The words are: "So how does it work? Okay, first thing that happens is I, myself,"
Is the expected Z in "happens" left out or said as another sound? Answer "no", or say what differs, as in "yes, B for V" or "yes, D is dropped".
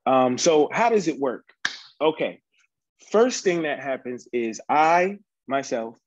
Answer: no